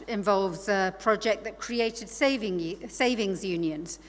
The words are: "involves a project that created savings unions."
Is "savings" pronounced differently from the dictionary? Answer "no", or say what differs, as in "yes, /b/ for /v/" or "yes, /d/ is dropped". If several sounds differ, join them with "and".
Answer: no